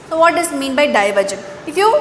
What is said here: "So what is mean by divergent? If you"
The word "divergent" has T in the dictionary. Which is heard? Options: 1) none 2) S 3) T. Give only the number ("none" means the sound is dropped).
1